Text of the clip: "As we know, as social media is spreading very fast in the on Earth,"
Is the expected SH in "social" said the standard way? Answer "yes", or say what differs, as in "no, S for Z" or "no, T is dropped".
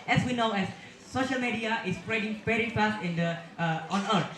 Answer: yes